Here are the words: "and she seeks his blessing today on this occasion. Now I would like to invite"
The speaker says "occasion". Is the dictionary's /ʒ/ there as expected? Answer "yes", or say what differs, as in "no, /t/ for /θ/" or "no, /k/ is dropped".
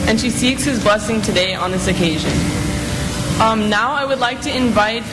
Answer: yes